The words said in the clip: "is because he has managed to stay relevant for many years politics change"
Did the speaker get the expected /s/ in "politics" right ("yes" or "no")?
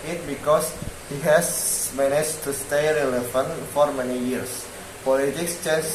yes